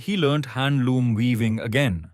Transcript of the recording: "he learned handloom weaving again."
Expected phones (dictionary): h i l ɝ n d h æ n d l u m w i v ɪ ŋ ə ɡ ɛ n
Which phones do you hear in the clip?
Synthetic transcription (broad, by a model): h i l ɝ n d h æ n d l u m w i v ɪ ŋ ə ɡ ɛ n